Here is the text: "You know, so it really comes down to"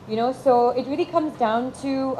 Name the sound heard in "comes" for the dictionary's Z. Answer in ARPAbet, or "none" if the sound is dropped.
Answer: Z